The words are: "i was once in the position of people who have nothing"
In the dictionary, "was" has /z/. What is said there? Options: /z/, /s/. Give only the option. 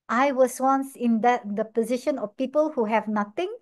/s/